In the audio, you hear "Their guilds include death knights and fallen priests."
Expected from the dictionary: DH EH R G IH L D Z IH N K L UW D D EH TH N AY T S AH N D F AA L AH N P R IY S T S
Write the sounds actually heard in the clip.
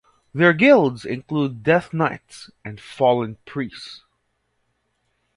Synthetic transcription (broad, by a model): DH EH R G IH L D Z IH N K L UW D D EH TH N AY T S AH N D F AA L AH N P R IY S S